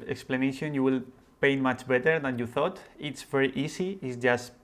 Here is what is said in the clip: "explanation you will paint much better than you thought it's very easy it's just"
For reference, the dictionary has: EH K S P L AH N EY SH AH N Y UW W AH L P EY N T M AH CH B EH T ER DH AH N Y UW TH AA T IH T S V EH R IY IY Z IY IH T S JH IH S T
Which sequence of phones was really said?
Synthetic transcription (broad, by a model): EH K S P L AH N EY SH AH N Y UW W AH L P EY N M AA CH B EH T ER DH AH N Y UW TH AA T IH T S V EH R IY IY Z IY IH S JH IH S T